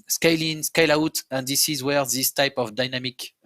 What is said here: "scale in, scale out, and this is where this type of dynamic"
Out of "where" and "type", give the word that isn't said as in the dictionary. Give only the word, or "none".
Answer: none